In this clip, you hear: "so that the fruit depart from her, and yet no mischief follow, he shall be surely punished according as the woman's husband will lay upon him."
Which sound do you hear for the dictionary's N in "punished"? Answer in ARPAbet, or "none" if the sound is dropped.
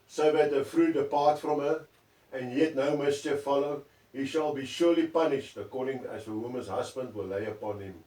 N